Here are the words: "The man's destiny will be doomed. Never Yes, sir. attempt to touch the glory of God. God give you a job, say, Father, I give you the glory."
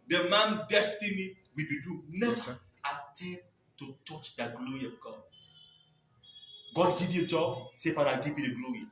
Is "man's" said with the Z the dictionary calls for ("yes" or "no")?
no